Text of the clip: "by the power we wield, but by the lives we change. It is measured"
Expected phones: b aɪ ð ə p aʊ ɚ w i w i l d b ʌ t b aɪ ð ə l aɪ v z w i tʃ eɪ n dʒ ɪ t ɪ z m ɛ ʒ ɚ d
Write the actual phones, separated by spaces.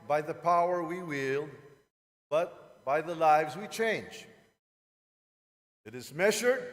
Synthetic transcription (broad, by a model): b aɪ ð ə p aʊ ɚ w i w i l b ʌ t b aɪ ð ə l aɪ v z w i tʃ eɪ n dʒ ɪ t ɪ z m ɛ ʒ ɚ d